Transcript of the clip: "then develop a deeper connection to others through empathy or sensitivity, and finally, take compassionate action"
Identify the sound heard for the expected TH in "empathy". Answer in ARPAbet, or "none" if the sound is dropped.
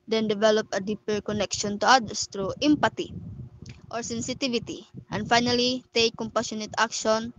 T